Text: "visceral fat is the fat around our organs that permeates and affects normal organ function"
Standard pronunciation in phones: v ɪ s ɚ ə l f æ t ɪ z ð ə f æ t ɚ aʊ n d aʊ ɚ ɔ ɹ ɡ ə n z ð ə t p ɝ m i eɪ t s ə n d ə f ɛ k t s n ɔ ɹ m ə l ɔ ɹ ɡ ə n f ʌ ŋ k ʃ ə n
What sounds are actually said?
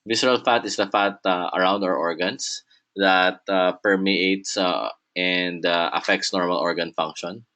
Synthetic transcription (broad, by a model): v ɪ s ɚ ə l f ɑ t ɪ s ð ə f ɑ t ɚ aʊ n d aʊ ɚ ɔ ɹ ɡ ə n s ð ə t p ɝ m i eɪ t s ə n d ə f ɛ k t s n ɔ ɹ m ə l ɔ ɹ ɡ ə n f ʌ ŋ k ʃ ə n